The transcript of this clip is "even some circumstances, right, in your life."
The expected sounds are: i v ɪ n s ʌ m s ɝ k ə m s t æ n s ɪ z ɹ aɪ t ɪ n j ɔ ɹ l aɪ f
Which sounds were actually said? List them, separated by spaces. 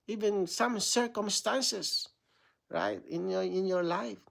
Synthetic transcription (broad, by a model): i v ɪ n s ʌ m s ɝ k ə m s t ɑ n s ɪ s ɹ aɪ t ɪ n j ɔ ɹ l aɪ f